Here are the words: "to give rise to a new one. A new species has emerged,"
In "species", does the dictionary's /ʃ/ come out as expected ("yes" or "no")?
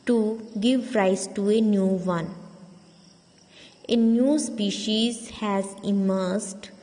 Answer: yes